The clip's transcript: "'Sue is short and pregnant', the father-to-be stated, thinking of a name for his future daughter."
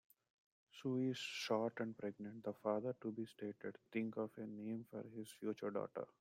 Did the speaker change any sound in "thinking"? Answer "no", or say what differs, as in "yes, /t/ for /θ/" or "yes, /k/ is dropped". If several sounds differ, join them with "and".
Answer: yes, /t/ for /θ/